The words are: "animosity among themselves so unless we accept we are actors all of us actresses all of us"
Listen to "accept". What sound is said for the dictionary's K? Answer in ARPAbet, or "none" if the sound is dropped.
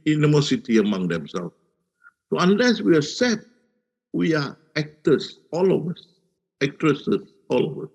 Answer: none